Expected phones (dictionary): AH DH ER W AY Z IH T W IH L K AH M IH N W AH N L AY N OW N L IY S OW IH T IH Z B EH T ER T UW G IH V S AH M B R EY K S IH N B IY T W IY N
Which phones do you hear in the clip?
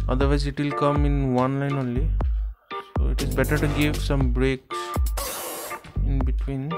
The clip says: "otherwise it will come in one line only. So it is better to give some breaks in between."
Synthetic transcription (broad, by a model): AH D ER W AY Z IH T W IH L K AH M IH N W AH N L AY N OW N L IY S OW IH T IH Z B EH T ER T UW G IH V S AH M B R EY K IH N B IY T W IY N